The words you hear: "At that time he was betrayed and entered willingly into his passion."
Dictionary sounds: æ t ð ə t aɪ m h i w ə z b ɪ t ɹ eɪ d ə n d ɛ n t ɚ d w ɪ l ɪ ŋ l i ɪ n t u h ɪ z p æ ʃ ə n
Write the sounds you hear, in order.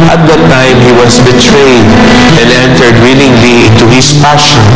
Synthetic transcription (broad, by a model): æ t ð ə t aɪ m h i w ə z b ɪ t ɹ eɪ d ə n d ɛ n t ɚ d w ɪ l ɪ ŋ l i ɪ n t u h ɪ s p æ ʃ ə n